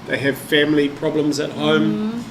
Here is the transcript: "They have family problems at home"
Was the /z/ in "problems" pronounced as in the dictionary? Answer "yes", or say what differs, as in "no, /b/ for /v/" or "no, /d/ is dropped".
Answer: yes